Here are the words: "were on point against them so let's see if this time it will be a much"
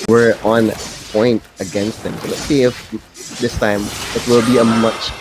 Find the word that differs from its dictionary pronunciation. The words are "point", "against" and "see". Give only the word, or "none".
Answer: none